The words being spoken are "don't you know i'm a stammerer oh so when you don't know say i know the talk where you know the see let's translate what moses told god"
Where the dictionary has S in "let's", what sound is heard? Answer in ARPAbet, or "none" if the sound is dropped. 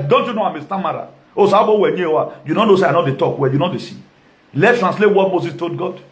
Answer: none